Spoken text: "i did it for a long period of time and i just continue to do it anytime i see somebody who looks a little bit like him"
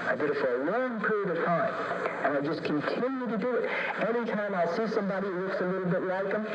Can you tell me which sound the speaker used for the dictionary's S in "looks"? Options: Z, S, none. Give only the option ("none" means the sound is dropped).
S